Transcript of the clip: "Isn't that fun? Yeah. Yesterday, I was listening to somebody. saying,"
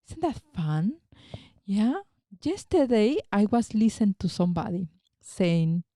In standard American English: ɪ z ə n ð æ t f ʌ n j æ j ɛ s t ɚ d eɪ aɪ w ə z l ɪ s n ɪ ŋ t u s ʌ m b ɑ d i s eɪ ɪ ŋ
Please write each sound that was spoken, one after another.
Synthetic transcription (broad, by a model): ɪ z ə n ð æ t f ʌ n j æ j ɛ s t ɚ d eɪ aɪ w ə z l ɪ s ɪ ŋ t u s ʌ m b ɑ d i s eɪ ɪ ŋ